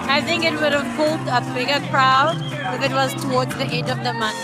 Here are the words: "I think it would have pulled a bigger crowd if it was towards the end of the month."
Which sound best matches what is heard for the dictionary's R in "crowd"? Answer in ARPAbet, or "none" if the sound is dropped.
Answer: R